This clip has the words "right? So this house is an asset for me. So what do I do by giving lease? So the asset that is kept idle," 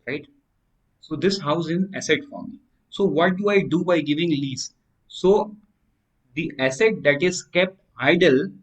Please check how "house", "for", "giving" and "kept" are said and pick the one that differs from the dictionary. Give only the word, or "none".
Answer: house